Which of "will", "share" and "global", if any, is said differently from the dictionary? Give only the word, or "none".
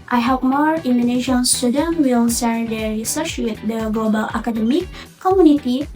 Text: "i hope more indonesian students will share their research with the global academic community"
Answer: share